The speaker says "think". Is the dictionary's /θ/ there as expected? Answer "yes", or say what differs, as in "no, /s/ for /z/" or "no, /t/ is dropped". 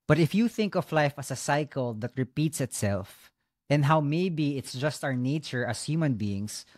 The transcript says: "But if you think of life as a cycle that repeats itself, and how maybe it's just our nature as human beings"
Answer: yes